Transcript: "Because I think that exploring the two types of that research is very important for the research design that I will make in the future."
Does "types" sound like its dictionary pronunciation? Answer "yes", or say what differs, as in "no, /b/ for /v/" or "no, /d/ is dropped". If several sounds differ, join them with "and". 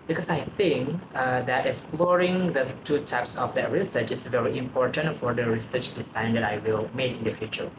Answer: yes